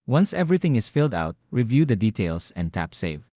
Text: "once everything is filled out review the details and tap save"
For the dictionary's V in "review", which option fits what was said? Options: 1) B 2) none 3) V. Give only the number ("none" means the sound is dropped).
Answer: 3